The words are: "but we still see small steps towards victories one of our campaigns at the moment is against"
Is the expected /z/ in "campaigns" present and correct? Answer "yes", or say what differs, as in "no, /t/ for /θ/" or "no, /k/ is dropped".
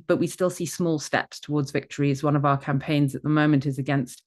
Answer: yes